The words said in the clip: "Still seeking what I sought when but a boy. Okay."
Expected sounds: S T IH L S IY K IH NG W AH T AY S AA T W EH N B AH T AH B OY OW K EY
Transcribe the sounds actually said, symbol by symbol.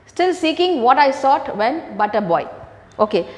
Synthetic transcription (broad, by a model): S T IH L S IY K IH NG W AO T AY S AA T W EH N B AH T AH B OY OW K EY